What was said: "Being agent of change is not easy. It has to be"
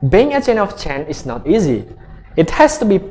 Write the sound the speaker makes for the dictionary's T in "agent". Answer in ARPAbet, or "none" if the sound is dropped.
none